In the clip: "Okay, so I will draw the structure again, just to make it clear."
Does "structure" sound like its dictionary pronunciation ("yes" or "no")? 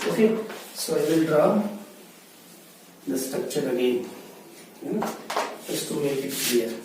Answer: no